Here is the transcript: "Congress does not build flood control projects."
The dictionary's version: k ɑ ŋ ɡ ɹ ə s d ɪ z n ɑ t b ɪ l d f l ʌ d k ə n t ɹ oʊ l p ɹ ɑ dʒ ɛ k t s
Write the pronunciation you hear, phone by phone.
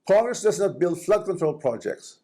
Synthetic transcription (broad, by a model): k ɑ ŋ ɡ ɹ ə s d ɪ s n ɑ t b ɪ l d f l ʌ d k ə n t ɹ oʊ l p ɹ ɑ dʒ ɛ k t s